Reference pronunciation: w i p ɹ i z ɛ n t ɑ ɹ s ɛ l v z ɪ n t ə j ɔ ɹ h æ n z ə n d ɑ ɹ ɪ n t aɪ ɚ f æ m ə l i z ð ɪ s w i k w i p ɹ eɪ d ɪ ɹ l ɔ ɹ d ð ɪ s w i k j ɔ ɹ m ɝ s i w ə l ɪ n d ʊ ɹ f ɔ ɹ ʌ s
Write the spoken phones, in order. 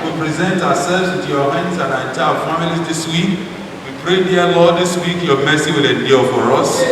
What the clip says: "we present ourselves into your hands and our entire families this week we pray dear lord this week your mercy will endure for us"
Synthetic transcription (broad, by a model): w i p ɹ i z ɛ n t ɑ w s ɛ l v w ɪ t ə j ɔ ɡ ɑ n ə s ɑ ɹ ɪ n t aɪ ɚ f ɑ m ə l i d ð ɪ s w i k w i p ɹ eɪ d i l ɔ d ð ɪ s w i k j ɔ m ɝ s i w ə l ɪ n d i f ɔ ɹ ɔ s